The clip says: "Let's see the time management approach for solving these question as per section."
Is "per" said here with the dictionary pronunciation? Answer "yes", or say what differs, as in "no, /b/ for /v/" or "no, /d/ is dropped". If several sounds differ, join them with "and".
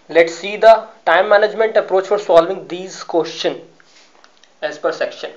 yes